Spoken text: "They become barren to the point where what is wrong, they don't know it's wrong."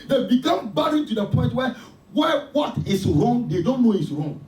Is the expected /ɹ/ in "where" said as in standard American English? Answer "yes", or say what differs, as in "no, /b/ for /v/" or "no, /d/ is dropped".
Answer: no, /w/ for /ɹ/